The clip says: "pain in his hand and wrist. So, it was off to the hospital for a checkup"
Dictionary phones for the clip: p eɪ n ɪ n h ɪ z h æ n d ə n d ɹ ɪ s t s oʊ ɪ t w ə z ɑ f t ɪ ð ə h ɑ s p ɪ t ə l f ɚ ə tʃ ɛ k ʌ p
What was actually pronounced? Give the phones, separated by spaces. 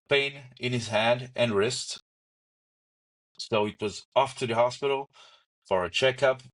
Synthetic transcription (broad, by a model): p eɪ n ɪ n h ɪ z h æ n d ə n ɹ ɪ s t s oʊ ɪ t w ə z ɑ f t ɪ ð ə h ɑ s p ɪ t l f ɚ ə tʃ ɛ k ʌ p